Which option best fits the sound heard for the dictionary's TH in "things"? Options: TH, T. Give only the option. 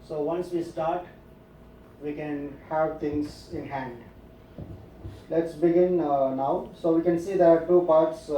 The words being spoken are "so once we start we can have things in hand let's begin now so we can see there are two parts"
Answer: T